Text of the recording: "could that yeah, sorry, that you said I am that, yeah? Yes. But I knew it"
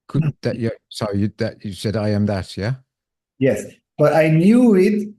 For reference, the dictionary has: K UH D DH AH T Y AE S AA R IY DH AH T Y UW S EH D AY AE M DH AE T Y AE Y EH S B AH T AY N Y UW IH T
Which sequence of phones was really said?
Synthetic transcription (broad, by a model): K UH D DH AH T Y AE S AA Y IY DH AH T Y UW S EH D AY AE M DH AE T Y AE Y EH S B AH T AY N Y UW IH T